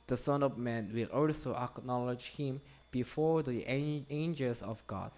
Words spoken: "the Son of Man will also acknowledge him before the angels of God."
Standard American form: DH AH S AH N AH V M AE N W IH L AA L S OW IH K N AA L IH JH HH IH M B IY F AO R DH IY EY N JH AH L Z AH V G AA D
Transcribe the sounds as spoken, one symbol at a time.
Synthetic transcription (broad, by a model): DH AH S AH N AH V M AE N W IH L AA L S OW IH K N AA L IH JH HH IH M B IY F AO R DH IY EY N JH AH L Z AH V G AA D